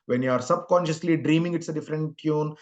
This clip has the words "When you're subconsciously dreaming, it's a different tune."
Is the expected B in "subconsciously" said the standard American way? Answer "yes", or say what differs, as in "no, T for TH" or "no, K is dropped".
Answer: yes